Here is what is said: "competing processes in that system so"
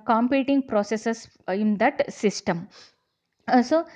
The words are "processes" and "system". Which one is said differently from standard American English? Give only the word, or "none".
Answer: processes